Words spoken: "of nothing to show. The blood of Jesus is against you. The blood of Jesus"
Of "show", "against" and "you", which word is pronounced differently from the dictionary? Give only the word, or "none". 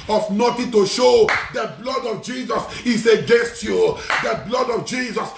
none